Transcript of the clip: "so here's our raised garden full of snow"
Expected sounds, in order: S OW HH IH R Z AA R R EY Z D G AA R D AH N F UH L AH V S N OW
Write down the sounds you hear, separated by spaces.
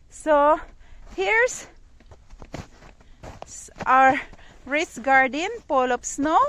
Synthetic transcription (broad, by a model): S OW HH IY R S AA R R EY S G AA R D AH N P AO L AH P S N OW